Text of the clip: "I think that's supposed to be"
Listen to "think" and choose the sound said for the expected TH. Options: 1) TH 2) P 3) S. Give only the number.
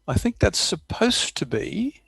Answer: 1